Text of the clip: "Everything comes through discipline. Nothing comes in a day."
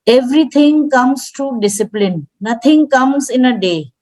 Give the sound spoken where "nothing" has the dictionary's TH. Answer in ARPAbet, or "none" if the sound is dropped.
T